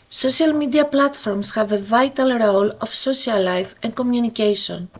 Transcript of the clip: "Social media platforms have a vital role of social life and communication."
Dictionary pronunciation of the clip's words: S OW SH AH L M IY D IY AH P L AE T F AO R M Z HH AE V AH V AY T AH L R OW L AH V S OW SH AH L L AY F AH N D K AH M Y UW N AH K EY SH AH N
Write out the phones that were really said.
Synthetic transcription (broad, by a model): S OW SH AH L M IY D IY AH P L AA T F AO R M S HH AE V AH V AY T AH L R OW L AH F S OW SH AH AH L AY F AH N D K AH M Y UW N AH K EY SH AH N